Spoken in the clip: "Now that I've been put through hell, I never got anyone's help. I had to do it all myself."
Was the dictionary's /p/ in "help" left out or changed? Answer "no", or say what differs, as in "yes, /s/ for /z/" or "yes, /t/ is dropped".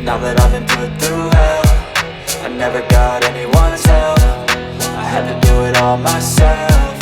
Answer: yes, /f/ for /p/